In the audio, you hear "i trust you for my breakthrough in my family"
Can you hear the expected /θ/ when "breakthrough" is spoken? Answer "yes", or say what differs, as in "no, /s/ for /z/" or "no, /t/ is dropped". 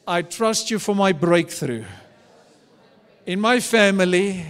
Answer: yes